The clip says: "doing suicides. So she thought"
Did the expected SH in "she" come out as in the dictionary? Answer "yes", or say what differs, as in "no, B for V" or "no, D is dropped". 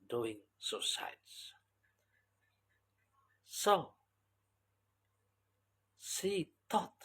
no, S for SH